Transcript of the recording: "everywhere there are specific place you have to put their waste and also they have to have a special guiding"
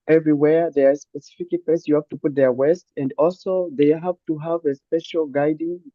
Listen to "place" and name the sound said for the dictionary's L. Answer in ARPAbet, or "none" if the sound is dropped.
none